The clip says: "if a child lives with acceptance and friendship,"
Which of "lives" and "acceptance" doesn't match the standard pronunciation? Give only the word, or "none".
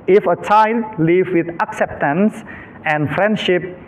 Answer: lives